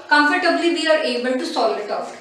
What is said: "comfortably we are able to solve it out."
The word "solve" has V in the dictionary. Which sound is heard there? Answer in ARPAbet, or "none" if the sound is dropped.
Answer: none